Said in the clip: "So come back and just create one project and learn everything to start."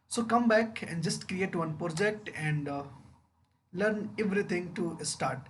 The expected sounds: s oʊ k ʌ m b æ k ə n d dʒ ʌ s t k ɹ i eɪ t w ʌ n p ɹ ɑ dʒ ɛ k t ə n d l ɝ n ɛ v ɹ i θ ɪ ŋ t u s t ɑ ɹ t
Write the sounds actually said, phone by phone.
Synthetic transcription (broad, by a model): s oʊ k ʌ m b æ k ə n d dʒ ʌ s t k ɹ i eɪ t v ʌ n p ɹ ɑ dʒ ɛ k t ə n d l ɝ n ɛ v ɹ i t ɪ ŋ t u s t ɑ ɹ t